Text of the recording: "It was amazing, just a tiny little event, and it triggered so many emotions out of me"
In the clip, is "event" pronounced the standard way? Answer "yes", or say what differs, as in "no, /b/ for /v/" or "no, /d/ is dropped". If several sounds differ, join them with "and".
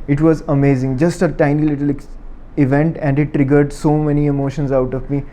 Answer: yes